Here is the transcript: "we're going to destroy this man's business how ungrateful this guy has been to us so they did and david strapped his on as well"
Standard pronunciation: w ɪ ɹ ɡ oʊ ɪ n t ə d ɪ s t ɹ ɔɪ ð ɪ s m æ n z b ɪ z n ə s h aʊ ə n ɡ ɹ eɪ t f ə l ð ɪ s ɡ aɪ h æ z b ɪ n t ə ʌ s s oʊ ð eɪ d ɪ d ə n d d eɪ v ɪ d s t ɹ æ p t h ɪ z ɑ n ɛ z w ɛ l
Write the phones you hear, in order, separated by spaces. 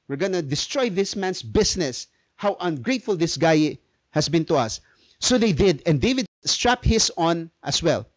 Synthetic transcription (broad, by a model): w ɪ ɹ ɡ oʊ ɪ n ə d ɪ s t ɹ ɔɪ ð ɪ s m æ n s b ɪ s n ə s h aʊ ə n ɡ ɹ eɪ t f ə l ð ɪ s ɡ aɪ h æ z b ɪ n t ə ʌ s s oʊ ð eɪ d ɪ d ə n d d eɪ v ɪ d s t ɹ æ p h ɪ s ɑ n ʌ s w ɛ l